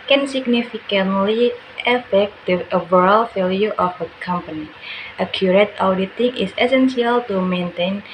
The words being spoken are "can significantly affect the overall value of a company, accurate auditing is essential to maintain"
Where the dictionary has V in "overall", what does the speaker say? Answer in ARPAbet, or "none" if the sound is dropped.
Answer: B